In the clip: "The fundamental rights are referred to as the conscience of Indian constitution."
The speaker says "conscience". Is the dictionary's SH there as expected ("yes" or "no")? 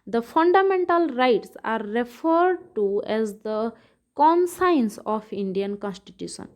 no